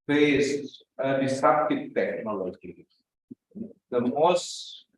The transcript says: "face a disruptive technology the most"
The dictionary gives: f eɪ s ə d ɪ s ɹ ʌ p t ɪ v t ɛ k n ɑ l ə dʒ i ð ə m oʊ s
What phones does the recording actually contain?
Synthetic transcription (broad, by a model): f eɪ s ə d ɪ s ɑ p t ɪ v t ɛ k n ɑ l ə dʒ i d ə m oʊ s